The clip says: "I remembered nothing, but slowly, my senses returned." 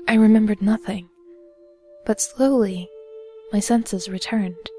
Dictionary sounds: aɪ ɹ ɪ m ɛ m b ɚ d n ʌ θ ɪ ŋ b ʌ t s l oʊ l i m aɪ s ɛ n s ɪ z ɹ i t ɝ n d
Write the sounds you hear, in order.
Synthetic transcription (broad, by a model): aɪ ɹ ɪ m ɛ m b ɚ d n ʌ θ ɪ ŋ b ʌ t s l oʊ l i m aɪ s ɛ n s ɪ z ɹ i t ɝ n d